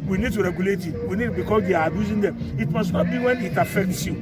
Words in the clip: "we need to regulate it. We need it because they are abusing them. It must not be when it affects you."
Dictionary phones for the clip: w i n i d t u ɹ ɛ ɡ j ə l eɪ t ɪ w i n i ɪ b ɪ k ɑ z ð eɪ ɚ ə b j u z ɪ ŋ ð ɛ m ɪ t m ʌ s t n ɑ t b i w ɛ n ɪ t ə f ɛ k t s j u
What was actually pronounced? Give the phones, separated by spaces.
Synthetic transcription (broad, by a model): w i n i d t u ɹ ɛ ɡ j ə l eɪ t ɪ w i n i b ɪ k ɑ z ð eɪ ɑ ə b j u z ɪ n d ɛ m ɪ t m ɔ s n ɑ t b i w ɛ n ɪ t ə f ɛ k t s j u